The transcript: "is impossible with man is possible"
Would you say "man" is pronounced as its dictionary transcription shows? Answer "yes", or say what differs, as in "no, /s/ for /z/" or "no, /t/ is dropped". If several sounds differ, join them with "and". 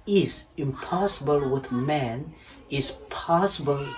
yes